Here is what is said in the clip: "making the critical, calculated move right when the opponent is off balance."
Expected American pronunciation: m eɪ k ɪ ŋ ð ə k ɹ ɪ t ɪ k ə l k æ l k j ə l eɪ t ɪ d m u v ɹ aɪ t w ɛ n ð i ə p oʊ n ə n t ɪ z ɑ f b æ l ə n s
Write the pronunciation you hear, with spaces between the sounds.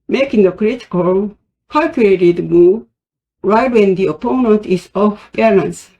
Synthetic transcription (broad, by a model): m eɪ k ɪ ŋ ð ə k ɹ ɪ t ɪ k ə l k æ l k j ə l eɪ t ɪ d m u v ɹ aɪ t w ɛ n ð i ə p oʊ n ə n t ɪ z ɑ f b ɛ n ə n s